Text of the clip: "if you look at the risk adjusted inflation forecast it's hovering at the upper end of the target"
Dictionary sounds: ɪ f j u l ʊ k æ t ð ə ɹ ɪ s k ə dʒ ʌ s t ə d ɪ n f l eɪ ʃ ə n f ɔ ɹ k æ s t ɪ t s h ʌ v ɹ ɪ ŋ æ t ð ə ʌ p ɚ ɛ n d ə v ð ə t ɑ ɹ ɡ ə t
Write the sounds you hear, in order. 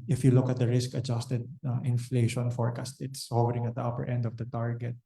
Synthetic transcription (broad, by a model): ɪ f j u l ʊ k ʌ t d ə ɹ ɪ s k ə dʒ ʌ s t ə d ɪ n f l eɪ ʃ ə n f ɔ ɹ k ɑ s t ɪ t s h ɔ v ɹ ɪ ŋ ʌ t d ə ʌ p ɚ ɛ n d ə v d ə t ɑ ɹ ɡ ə t